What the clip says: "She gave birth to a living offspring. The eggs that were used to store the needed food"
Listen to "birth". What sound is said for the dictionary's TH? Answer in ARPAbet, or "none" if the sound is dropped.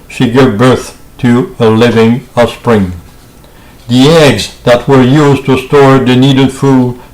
TH